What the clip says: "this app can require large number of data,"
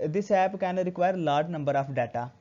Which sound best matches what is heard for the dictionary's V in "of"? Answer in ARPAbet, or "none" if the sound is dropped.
P